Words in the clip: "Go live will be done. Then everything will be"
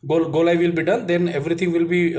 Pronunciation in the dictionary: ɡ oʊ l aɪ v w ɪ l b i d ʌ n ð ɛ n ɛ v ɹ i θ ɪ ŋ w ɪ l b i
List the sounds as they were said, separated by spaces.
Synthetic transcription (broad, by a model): ɡ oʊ l aɪ v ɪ l b i d ʌ n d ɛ n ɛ v ɹ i t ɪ ŋ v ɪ l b i